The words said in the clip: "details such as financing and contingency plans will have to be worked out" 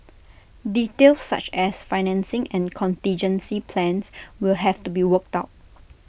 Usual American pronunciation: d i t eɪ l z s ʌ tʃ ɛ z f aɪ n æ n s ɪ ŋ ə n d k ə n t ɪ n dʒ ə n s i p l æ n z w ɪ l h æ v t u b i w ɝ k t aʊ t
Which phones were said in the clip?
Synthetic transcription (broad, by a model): d i t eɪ l s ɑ tʃ ɛ s f aɪ n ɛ n s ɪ ŋ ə n k ə n t ɪ n dʒ ə n s i p l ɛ n s w ɪ l h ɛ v t u b i w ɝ k t aʊ t